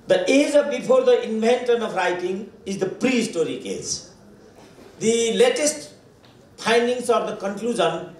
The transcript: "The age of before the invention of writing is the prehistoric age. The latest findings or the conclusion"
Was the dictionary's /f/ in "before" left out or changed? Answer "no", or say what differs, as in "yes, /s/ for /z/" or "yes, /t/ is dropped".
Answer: yes, /p/ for /f/